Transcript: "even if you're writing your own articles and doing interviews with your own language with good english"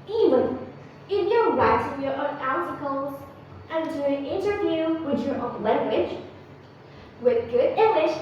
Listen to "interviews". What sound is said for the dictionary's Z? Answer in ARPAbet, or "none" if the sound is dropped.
none